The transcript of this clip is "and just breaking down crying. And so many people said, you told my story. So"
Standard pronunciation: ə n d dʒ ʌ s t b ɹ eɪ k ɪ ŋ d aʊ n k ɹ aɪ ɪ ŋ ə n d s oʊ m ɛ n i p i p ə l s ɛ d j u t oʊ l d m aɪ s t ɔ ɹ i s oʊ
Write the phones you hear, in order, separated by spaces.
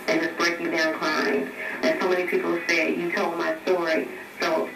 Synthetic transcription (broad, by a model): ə n dʒ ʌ s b ɹ eɪ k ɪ d aʊ n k l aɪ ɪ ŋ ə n s oʊ m ɛ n i p i p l s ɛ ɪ j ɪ t oʊ l d m aɪ s t ɔ ɹ i s oʊ